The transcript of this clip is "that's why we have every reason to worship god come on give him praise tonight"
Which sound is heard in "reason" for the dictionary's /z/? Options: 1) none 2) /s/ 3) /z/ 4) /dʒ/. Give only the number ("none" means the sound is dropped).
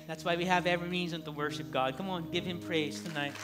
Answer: 3